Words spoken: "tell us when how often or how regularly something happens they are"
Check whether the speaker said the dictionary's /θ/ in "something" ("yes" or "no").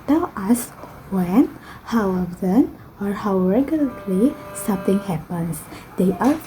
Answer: no